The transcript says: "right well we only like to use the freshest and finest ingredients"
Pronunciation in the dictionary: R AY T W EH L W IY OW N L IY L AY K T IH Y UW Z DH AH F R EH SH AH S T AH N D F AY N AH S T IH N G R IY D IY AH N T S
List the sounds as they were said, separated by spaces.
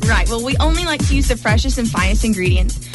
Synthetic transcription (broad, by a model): R AY T W EH L W IY OW N L IY L AY K T IH Y UW Z DH AH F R EH SH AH S AH N F AY N AH S T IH N G R IY D IY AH N T S